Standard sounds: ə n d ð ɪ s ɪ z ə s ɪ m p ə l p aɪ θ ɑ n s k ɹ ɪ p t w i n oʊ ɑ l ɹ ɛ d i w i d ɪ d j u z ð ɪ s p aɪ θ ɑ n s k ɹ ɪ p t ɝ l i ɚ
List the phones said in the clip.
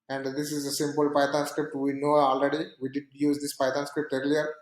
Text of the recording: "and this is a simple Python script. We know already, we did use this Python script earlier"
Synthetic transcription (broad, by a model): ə n d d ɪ s ɪ z ə s ɪ m p ə l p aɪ t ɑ n s k ɹ ɪ p t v i n oʊ ɑ l ɹ ɛ d i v i d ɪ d j u z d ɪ s p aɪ t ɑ n s k ɹ ɪ p t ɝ l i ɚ